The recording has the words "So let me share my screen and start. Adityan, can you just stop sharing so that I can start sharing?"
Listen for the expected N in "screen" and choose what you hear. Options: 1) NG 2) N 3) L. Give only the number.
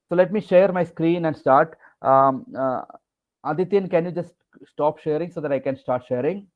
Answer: 2